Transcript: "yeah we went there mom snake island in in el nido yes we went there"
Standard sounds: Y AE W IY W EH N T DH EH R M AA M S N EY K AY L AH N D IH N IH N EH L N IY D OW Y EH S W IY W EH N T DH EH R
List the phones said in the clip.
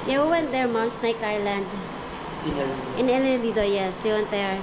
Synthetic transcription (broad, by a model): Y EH W IY W EH N T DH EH R M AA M S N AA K AY L AH N D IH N IH N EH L L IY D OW Y EH S W IY W EH N T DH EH R